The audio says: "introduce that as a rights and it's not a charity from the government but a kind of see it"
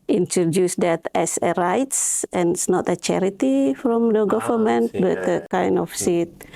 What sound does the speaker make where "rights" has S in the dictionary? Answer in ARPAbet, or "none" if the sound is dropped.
S